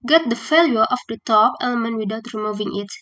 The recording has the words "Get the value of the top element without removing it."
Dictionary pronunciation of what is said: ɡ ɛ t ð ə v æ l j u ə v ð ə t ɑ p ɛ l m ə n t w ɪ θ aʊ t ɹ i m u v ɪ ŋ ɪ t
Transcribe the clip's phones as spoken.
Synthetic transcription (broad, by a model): ɡ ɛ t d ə f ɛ l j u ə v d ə t ɑ p ɛ l m ə n t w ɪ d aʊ t ɹ i m u v ɪ ŋ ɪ t